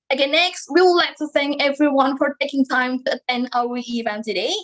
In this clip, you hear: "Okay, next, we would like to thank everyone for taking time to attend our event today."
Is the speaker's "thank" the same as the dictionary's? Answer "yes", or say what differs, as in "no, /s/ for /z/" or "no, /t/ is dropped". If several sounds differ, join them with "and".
no, /k/ is dropped